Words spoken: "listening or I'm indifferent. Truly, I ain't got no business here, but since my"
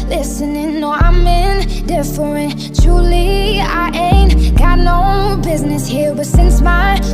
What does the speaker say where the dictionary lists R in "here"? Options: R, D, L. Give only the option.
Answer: L